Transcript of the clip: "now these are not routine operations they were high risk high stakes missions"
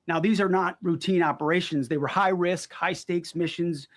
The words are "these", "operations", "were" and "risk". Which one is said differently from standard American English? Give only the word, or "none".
none